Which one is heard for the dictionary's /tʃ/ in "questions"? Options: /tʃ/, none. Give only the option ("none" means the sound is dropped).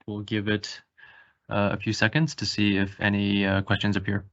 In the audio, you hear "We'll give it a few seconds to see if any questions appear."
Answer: /tʃ/